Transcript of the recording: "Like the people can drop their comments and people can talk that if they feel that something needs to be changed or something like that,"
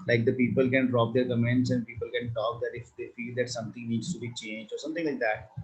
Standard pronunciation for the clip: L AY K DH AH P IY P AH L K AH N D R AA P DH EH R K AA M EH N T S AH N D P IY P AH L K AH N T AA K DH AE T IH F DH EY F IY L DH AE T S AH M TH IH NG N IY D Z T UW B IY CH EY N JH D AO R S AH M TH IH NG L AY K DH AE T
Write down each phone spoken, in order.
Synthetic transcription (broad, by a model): L AY K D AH P IY P AH L K AH N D R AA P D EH R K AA M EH N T S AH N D P IY P AH L K AH N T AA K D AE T IH F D EY F IY L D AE T S AH M T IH NG N IY D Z T UW B IY CH EY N JH AO R S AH M T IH NG L AY K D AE T